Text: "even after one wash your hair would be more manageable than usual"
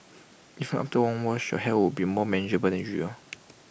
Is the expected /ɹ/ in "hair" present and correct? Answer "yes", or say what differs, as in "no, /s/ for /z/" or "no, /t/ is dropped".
no, /l/ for /ɹ/